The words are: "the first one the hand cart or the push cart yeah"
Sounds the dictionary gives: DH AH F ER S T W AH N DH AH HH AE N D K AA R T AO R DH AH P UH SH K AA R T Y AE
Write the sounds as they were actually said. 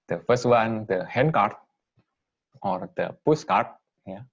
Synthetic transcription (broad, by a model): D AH F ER S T W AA N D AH HH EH N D K AA R T AO R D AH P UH S K AA R T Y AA